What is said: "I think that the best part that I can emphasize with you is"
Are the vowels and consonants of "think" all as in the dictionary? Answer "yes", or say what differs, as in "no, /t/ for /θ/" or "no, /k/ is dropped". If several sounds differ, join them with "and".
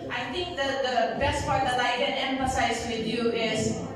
no, /t/ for /θ/